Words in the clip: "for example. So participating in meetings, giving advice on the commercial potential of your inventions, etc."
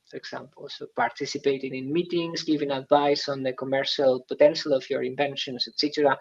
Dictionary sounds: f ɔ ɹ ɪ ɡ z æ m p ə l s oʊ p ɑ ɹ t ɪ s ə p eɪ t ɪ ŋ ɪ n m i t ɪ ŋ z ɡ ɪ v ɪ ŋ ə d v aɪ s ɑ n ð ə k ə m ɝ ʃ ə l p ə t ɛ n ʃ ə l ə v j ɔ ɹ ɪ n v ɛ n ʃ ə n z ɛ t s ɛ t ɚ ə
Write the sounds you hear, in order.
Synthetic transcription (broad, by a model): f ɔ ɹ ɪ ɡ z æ m p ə l s oʊ p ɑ ɹ t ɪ s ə p eɪ t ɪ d ɪ n m i t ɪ ŋ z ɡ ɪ v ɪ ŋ ə d v aɪ s ɑ n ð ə k ə m ɝ ʃ ə l p ə t ɛ n ʃ ə l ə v j ɔ ɹ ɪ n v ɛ n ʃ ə n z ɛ t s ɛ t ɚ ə